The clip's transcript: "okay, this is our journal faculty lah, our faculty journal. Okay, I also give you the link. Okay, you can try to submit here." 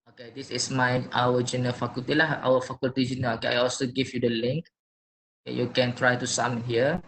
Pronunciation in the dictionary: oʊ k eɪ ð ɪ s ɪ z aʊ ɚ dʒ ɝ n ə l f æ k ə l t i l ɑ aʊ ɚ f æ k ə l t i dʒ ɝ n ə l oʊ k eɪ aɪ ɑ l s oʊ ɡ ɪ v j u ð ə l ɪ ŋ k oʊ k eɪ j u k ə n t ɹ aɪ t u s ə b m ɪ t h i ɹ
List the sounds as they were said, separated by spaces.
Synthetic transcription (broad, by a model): oʊ k eɪ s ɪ s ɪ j aʊ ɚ dʒ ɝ n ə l f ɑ k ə l t i l ɑ aʊ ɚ f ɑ k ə l t i dʒ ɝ n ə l oʊ k eɪ aɪ ɑ l s oʊ ɡ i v j u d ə l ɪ ŋ k oʊ k eɪ j u k ə n t ɹ aɪ t u s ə m h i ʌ